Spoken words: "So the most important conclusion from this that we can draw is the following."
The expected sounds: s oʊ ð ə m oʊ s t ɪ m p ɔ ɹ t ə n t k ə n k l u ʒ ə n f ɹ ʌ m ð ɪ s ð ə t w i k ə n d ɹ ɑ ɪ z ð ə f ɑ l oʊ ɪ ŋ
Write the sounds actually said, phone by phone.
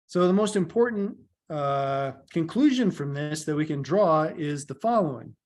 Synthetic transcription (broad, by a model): s oʊ ð ə m oʊ s t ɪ m p ɔ ɹ t n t k ə n k l u ʒ ə n f ɹ ʌ m ð ɪ s ð ə t w i k ə n d ɹ ɑ ɪ z ð ə f ɑ l oʊ ɪ ŋ